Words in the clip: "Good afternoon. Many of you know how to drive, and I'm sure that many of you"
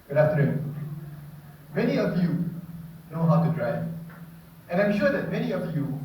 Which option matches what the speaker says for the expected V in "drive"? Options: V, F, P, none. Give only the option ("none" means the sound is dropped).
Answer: none